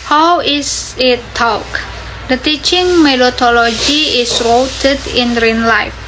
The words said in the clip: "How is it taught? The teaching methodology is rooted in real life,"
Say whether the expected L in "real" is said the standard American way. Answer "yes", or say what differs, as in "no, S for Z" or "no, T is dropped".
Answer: no, N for L